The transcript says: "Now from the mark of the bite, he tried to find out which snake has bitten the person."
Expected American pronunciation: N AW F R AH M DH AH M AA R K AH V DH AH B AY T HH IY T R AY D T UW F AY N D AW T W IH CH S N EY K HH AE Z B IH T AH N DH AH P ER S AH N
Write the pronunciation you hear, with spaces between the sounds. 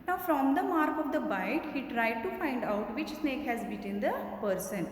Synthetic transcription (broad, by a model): N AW F R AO M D AH M AA R K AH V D AH B AY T HH IY T R AY D T UW F AY N D AW T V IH CH S N EY K HH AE Z B IH T AH N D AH P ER S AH N